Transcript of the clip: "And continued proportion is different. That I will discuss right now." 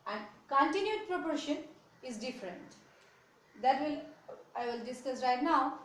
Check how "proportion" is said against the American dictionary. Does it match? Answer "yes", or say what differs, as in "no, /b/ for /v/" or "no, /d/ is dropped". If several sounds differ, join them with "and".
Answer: yes